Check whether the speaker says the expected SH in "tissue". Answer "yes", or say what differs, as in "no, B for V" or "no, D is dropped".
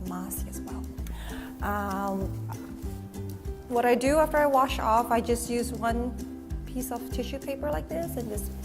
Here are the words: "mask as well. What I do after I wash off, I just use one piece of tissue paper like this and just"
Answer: yes